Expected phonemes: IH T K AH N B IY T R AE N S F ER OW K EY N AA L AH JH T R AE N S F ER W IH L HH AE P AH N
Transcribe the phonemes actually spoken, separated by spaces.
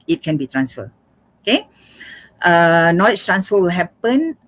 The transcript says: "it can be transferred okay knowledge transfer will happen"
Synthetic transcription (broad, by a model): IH T K AH N B IY T R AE N S F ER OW K EY N AA L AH CH T R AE N S F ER W IH L HH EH P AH N